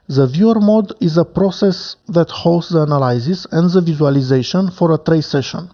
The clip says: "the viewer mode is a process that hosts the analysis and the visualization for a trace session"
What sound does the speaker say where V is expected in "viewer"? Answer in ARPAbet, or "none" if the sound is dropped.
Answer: V